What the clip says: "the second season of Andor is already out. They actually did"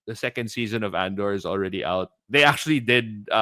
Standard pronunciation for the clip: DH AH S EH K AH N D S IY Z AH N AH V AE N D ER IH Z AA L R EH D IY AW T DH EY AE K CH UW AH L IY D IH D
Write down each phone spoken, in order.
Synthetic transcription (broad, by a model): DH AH S EH K AH N D S IY Z AH N AH V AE N D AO IH Z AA L R EH D IY AW T DH EY AE K CH UW AH L IY D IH D